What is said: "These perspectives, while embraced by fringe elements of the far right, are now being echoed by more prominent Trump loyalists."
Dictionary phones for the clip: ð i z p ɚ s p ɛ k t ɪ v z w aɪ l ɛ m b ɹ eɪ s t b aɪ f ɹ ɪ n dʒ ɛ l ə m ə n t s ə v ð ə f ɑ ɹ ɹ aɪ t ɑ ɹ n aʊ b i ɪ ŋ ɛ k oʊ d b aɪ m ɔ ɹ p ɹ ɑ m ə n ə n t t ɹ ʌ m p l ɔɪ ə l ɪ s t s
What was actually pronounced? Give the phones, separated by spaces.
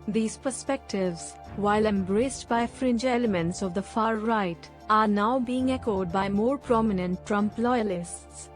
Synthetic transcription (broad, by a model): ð i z p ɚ s p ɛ k t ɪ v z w aɪ l ɛ m b ɹ eɪ s t b aɪ f ɹ ɪ n dʒ ɛ l ə m ə n t s ə v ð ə f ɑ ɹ ɹ aɪ t ɑ ɹ n aʊ b i ɪ ŋ ɛ k oʊ d b aɪ m ɔ ɹ p ɹ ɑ m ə n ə n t t ɹ ʌ m p l ɔɪ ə l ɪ s t s